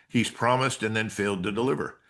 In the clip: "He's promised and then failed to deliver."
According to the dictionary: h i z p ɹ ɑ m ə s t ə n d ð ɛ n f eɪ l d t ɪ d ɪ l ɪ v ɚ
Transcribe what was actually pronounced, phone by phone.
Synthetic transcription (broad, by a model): h i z p ɹ ɑ m ə s t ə n ð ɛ n f eɪ l d t ɪ d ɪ l ɪ v ɚ